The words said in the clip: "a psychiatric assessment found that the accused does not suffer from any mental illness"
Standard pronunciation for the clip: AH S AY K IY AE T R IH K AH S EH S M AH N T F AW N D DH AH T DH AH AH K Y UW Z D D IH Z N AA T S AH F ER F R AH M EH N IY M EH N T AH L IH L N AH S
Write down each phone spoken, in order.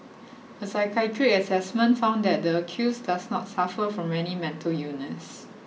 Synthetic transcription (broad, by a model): AH S AY K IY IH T R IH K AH S EH S M AH N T F AW N D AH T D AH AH K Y UW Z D D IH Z N AA T S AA F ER F R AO M EH N IY M EH N T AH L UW N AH S